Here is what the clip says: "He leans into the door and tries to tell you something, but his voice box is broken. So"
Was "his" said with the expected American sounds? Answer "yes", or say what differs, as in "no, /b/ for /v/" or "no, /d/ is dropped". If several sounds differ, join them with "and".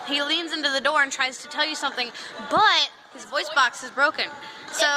yes